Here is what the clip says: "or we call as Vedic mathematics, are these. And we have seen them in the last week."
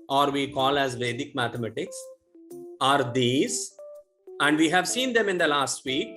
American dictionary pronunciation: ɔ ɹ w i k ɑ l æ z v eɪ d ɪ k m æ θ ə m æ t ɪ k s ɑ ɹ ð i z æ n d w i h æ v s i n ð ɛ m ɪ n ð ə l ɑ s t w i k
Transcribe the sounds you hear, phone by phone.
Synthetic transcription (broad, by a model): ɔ ɹ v i k ɑ l æ z v eɪ d ɪ k m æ t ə m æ t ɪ k s ɑ ɹ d i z æ n d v i h æ v s i n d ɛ m ɪ n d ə l ɑ s t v i k